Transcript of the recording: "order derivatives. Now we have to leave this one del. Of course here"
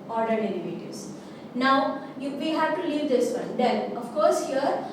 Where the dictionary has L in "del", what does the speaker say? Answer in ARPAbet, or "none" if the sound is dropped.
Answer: N